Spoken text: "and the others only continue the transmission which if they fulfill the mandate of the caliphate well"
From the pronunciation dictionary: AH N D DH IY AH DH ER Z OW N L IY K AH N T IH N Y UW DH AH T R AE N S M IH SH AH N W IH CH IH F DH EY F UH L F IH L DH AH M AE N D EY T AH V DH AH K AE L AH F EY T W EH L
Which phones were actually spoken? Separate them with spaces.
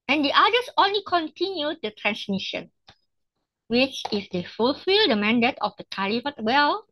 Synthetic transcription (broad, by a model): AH N D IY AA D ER S OW N L IY K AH N T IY N Y UW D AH T R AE N S M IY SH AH N W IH CH IH F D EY F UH L F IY L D AH M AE N D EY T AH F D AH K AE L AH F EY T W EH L